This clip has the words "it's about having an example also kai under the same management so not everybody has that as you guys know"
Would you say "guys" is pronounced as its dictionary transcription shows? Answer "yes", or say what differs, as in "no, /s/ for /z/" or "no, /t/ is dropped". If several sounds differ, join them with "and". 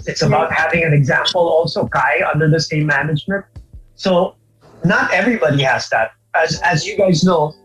yes